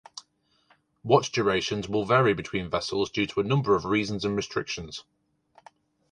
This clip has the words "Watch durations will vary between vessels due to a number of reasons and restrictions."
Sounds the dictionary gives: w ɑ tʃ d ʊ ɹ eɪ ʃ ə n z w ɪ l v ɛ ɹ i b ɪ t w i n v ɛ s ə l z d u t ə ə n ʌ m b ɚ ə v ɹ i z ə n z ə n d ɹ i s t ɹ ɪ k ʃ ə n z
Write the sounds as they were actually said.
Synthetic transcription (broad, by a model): w ɑ tʃ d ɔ ɹ eɪ ʃ ə n z w ɪ l v ɛ ɹ i b ɪ t w i n v ɛ s ə l z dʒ u t ə ə n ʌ m b ɚ ə v ɹ i z ə n z ə n ɹ i s t ɹ ɪ k ʃ ə n z